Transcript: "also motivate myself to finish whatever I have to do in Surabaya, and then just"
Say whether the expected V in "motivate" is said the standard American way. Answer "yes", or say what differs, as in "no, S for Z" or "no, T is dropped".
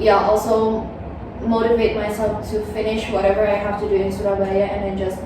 yes